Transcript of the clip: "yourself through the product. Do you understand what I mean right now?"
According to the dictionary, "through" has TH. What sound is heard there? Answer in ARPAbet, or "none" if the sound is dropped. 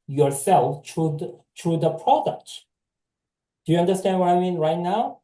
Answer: T